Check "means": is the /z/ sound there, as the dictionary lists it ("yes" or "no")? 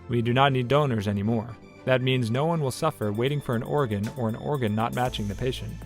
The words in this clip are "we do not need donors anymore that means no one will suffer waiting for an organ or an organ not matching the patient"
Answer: yes